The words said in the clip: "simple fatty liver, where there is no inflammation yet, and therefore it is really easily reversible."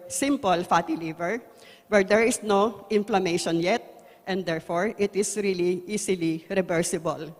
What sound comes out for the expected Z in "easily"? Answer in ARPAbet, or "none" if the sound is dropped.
S